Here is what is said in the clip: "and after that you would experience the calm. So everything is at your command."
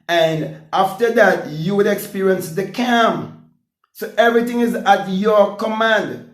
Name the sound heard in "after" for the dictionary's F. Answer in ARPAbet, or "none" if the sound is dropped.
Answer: F